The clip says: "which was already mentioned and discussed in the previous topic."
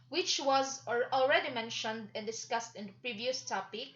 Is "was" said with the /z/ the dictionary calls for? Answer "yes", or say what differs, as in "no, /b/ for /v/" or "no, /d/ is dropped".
yes